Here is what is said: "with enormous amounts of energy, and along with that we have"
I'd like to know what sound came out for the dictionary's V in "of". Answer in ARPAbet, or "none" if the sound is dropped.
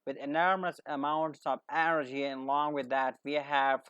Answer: V